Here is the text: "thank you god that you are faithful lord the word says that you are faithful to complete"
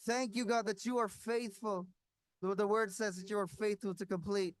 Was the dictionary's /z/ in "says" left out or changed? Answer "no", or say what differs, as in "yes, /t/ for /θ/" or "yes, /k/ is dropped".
no